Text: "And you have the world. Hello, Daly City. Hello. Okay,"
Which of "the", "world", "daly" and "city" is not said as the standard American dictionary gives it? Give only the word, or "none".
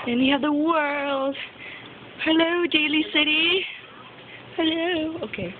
none